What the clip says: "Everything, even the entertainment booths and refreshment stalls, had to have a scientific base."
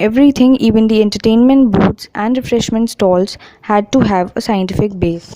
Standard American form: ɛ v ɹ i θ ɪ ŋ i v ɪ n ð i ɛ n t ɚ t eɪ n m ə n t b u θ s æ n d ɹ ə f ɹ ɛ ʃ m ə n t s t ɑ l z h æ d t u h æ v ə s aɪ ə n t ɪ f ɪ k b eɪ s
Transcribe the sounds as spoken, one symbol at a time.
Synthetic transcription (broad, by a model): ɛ v ɹ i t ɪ ŋ i v ɪ n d i ɛ n t ɚ t eɪ n m ə n t b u t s æ n d ɹ ə f ɹ ɛ ʃ m ə n t s t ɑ l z h æ d t u h æ v ə s aɪ ə n t ɪ f ɪ k b eɪ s